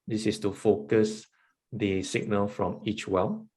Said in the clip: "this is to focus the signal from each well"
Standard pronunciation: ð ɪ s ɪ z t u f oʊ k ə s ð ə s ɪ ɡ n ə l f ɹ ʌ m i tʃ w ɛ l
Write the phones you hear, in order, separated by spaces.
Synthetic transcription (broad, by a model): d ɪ s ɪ s t u f oʊ k ə s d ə s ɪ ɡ n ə l f ɹ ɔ m i tʃ w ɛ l